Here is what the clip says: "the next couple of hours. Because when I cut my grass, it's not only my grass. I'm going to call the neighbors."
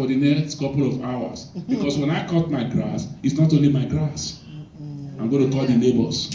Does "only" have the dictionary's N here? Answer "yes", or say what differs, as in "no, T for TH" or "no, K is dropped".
no, N is dropped